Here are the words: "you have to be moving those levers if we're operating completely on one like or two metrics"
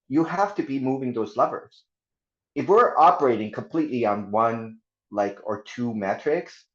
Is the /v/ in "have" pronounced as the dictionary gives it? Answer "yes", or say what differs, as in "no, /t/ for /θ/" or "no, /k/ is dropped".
no, /f/ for /v/